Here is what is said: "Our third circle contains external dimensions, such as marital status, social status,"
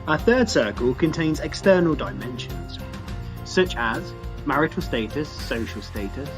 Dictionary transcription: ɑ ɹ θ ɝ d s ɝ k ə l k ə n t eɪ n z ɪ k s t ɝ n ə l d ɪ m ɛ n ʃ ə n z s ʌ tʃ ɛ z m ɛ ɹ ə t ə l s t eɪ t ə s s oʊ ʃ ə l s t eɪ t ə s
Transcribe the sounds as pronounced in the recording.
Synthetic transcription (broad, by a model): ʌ θ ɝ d s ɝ k ə l k ə n t eɪ n z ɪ k s t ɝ n ə l d ɪ m ɛ n ʃ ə n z s ʌ tʃ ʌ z m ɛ ɹ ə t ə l s t eɪ t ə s s oʊ ʃ ə l s t eɪ t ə s